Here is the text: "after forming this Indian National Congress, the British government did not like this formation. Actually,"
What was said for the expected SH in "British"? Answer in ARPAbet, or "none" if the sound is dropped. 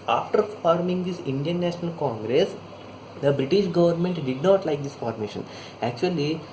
SH